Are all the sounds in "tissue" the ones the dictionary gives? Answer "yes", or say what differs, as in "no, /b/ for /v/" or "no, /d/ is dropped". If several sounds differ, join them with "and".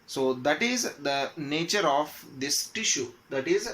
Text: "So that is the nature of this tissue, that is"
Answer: yes